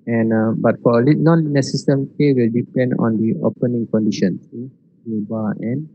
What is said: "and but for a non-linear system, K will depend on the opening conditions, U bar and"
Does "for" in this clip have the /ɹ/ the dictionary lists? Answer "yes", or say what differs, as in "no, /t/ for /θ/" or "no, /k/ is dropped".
no, /l/ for /ɹ/